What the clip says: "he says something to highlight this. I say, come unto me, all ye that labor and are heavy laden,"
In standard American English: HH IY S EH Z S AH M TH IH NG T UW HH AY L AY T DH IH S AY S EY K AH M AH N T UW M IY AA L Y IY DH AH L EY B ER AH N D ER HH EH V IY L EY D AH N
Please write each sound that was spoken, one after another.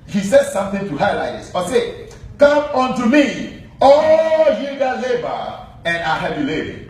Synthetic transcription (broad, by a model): HH IY S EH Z S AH M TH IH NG T UW HH AY L AY T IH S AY S EY K AH M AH N T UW M IY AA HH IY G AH L EY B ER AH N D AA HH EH B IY L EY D